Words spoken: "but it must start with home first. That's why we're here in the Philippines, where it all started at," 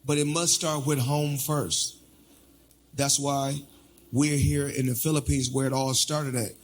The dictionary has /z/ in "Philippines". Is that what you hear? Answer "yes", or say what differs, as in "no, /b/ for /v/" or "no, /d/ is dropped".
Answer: yes